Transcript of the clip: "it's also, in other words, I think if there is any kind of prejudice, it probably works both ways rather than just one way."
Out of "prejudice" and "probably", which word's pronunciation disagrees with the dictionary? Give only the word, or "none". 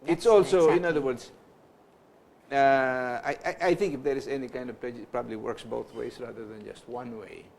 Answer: prejudice